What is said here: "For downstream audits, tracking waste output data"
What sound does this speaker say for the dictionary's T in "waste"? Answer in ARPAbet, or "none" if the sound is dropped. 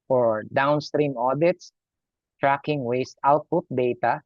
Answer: T